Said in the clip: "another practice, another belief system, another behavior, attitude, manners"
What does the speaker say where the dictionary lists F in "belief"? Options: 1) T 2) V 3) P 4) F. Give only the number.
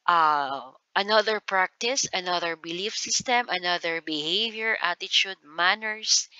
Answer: 4